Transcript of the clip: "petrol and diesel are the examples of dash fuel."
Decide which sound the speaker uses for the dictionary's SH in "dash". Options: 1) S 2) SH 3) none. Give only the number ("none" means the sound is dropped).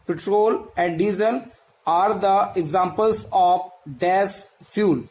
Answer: 1